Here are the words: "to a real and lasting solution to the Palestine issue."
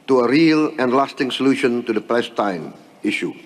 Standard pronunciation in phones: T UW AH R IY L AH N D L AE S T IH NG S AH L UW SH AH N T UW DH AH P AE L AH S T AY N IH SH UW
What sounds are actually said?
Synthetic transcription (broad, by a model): T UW AH R IY L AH N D L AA S T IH NG S AH L UW SH AH N T UW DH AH P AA AH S T AY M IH SH UW